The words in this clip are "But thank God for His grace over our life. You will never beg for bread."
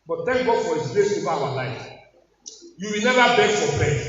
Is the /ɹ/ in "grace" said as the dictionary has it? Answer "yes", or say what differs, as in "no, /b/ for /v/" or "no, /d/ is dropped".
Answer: no, /l/ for /ɹ/